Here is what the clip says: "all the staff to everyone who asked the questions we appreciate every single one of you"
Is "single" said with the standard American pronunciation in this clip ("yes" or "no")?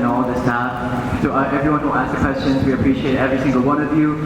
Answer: no